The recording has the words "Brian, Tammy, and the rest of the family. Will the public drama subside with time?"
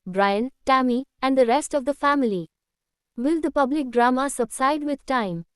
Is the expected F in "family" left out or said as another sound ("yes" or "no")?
no